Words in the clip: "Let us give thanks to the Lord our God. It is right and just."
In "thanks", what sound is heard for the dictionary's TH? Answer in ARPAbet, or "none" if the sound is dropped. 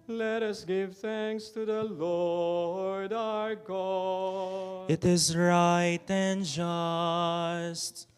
TH